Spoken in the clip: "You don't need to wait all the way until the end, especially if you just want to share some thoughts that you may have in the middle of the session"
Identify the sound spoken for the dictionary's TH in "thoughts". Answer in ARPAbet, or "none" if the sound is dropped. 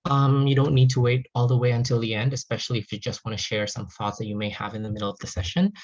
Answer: TH